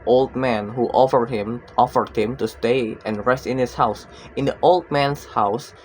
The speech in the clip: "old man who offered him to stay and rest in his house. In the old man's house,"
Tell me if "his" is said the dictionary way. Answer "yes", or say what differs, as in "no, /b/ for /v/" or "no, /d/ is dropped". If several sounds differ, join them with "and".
no, /s/ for /z/